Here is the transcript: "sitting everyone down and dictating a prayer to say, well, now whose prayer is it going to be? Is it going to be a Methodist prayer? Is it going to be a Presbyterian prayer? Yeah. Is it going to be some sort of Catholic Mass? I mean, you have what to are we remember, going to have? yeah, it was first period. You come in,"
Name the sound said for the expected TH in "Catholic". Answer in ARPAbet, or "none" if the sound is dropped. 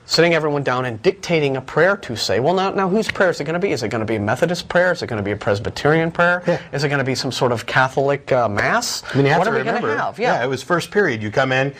TH